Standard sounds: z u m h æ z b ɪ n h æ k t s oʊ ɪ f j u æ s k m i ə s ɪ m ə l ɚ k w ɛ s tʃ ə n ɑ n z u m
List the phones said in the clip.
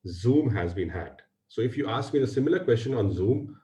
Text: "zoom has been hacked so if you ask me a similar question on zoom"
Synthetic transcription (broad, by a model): z u m h æ z b ɪ n h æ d s oʊ ɪ f j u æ s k m i ə s ɪ m ə l ɚ k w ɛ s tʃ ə n ɑ n z u m